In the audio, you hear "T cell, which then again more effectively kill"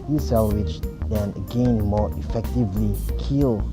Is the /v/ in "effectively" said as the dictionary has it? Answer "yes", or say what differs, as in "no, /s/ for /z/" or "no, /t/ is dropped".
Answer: yes